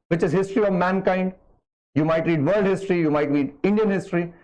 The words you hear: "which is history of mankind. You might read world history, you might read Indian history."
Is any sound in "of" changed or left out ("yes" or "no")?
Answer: no